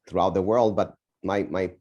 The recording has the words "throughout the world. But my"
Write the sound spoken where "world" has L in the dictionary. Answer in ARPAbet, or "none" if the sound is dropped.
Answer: L